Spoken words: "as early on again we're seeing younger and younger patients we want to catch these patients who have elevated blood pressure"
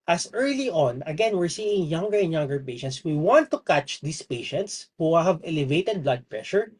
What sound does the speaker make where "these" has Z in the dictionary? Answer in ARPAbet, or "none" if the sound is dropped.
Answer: S